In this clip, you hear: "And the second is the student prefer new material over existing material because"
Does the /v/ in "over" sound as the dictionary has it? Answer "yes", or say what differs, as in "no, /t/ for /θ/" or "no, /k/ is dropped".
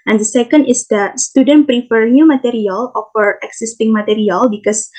no, /f/ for /v/